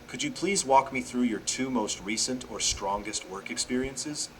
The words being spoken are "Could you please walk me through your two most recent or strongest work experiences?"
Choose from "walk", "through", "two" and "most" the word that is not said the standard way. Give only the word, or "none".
none